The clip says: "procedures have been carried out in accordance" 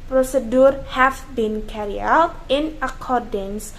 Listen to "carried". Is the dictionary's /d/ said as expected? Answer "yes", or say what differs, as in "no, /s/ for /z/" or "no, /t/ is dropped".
no, /d/ is dropped